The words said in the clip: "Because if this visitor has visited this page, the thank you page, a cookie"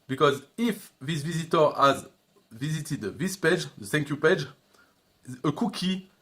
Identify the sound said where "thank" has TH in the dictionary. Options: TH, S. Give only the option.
S